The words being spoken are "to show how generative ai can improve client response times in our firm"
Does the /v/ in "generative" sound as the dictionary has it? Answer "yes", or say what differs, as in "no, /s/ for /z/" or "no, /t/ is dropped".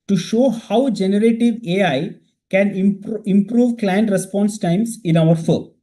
yes